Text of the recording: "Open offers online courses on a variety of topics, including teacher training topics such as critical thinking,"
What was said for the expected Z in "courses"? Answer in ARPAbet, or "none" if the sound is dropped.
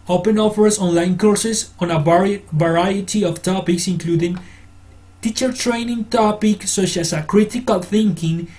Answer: S